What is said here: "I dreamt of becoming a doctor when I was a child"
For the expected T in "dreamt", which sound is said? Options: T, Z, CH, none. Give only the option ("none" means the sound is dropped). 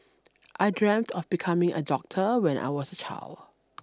T